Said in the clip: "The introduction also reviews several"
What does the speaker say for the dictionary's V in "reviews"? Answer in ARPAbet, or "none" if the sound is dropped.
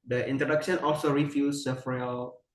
F